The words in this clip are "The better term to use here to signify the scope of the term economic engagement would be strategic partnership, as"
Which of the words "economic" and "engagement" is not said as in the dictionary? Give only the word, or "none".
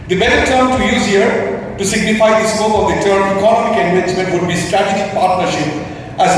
engagement